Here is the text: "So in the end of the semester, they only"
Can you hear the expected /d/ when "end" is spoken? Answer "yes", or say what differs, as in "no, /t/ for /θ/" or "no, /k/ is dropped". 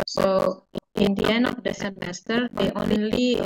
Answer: no, /d/ is dropped